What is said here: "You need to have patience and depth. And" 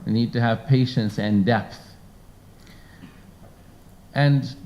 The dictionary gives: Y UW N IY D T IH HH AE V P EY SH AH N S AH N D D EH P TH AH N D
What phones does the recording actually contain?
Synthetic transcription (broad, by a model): N IY D T IH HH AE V P EY SH AH N S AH N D D EH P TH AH N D